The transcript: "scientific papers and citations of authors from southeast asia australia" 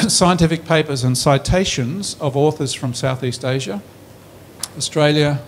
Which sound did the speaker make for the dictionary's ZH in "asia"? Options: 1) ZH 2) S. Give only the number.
1